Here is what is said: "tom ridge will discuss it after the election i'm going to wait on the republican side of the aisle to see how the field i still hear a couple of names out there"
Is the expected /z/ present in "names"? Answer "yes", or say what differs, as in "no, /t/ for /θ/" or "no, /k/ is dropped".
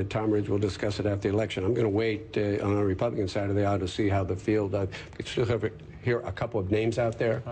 yes